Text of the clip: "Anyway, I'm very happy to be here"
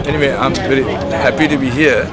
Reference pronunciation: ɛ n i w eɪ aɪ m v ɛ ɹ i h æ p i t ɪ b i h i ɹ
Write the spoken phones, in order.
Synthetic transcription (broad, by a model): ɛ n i w eɪ aɪ m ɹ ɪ l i h æ p i t ɪ b i h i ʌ